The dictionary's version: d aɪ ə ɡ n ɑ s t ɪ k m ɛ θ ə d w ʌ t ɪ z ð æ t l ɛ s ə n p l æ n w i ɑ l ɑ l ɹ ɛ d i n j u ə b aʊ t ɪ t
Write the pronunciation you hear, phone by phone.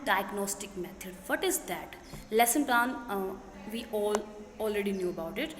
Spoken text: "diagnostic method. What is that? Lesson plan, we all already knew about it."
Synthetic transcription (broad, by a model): d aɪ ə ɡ n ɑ s t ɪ k m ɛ t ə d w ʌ t ɪ z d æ t l ɛ s ə n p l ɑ n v i ɑ l ɑ l ɹ ɛ d i n j u ə b aʊ t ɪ t